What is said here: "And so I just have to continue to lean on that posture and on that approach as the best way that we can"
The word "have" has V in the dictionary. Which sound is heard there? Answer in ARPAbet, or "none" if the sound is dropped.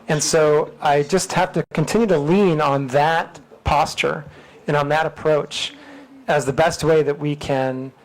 F